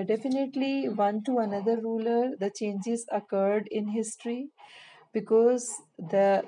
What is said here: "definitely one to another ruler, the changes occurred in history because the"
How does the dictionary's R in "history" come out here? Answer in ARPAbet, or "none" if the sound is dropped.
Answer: R